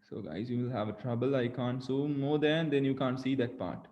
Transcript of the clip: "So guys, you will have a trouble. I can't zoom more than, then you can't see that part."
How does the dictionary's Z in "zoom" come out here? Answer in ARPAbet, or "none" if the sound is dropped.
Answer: S